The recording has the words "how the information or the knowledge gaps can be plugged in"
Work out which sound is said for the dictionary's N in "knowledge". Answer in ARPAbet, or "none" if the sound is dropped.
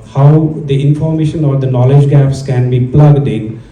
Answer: N